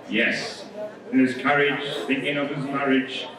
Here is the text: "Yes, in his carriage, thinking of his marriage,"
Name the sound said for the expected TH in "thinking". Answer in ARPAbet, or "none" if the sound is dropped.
TH